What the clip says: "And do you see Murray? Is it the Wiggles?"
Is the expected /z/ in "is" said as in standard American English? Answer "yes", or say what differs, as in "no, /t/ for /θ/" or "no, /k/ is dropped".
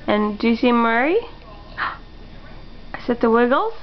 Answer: no, /s/ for /z/